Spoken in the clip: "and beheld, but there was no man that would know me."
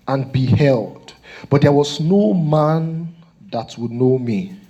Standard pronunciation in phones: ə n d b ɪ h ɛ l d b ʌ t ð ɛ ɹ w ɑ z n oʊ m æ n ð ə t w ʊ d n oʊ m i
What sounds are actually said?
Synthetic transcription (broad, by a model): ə n b ɪ h ɛ l d b ʌ t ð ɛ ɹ w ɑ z n oʊ m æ n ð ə t w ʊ d n oʊ m i